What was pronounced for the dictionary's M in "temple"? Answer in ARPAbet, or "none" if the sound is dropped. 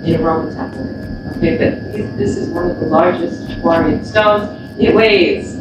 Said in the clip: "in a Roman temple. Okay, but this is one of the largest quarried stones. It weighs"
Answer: none